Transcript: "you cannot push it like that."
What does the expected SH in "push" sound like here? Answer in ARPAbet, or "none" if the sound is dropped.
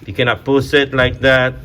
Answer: S